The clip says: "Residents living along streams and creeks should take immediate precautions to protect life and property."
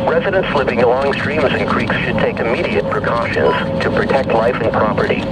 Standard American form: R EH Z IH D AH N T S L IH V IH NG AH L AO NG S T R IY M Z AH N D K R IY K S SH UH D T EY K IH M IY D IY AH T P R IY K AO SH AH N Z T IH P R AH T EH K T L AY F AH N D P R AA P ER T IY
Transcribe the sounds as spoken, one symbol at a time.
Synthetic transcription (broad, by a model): R EH Z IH D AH N T S L IH V IH NG AH L AO NG S T R IY M Z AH N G R IY K S SH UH D T EY K IH M IY D IY AH T P R IY K AO SH AH N Z T IH P R AH T EH K T L AY F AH N P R AA P ER T IY